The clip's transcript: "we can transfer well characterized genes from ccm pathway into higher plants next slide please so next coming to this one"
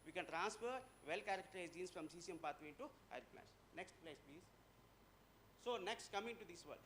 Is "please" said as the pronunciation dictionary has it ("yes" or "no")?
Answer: yes